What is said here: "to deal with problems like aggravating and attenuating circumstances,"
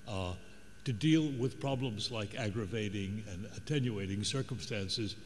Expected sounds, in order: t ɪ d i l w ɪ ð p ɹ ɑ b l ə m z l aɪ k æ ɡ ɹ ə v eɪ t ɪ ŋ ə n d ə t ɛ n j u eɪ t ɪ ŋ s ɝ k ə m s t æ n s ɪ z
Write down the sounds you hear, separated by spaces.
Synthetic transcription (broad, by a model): t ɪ d i l w ɪ ð p ɹ ɑ b l ə m z l aɪ k æ ɡ ɹ ə v eɪ t ɪ ŋ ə n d ə t ɛ n j u eɪ t ɪ ŋ s ɝ k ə m s t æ n s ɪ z